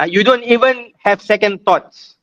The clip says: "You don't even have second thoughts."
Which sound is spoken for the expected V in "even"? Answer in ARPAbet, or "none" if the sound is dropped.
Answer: V